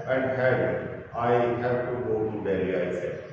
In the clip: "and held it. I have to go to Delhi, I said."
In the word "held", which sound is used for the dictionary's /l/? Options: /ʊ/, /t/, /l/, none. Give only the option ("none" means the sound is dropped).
none